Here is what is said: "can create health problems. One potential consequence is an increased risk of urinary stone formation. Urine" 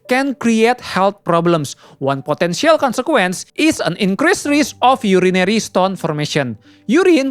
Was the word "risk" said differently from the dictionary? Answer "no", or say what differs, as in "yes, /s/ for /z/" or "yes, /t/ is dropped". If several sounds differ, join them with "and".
yes, /k/ is dropped